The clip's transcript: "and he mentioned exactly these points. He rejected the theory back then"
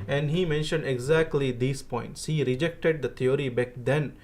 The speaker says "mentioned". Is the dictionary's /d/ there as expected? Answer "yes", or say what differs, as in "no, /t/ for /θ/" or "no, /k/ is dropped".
yes